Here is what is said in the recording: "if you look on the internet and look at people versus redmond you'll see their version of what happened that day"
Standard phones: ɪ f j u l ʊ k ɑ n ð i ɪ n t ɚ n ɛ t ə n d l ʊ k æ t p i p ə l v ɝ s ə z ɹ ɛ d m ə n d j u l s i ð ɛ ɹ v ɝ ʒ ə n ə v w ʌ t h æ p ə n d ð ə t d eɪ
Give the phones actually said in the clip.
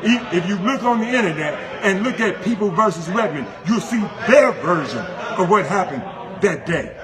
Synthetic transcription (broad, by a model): ɪ f j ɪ l ʊ k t n ð i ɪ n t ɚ n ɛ t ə n l ʊ k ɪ t p i p l v ɝ s ə z w ɛ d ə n j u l s i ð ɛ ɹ v ɝ ʒ ə n ə v w ʌ t h æ p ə n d ð ə t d eɪ